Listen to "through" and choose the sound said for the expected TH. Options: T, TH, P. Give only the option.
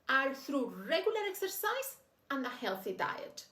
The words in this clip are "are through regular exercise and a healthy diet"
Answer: TH